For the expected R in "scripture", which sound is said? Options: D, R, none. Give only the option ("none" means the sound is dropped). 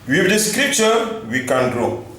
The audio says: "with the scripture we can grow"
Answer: R